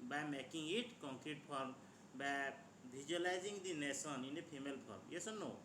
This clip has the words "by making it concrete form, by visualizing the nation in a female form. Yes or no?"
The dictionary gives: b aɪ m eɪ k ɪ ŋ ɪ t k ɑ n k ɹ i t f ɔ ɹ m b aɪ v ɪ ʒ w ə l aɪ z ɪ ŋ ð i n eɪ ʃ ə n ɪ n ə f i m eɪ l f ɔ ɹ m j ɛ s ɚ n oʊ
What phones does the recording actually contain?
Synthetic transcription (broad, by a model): b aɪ m eɪ k ɪ ŋ ɪ t k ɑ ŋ k ɹ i t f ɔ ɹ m b aɪ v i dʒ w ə l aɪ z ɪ ŋ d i n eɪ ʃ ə n ɪ n ə p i m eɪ l p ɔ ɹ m j ɛ s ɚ n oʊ